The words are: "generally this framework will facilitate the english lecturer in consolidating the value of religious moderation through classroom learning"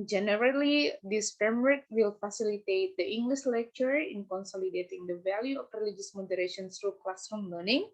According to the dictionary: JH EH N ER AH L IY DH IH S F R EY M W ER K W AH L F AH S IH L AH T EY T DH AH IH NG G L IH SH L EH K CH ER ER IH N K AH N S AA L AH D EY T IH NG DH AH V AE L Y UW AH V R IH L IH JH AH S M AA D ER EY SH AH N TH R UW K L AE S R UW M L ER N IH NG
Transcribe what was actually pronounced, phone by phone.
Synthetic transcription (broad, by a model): JH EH N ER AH L IY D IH S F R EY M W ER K W AH L F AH S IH L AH T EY T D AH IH NG G L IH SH L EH K CH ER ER IH N K AH N S AA L AH D EY T IH NG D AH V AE L Y UW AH F R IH L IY JH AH S M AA D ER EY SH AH N S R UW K L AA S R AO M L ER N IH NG